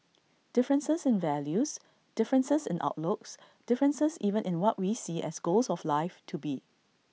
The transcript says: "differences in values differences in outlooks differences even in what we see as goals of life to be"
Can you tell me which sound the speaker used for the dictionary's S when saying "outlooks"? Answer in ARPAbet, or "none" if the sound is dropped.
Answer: S